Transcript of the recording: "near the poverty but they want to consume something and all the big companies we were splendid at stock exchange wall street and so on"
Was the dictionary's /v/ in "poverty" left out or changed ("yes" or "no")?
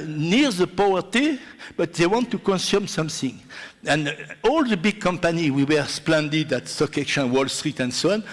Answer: yes